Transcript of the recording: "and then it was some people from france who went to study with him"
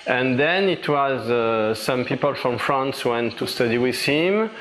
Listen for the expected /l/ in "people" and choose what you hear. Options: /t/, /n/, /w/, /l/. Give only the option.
/l/